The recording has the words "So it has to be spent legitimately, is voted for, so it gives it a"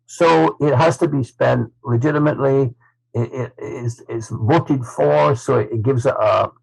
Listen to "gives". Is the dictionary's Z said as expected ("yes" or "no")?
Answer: yes